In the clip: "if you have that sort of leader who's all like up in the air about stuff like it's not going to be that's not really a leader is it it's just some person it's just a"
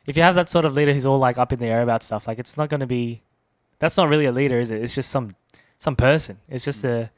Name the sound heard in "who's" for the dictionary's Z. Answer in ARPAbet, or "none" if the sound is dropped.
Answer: Z